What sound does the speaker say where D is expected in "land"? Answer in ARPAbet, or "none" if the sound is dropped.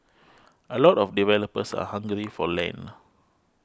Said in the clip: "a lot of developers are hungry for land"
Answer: none